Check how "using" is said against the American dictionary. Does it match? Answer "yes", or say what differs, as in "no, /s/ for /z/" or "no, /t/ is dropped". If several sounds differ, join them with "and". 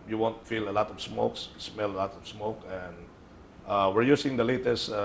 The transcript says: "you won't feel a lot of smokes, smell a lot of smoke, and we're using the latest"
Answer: no, /s/ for /z/